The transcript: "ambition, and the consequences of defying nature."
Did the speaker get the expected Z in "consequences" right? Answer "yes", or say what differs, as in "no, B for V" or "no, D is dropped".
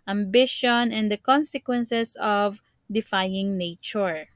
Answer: no, S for Z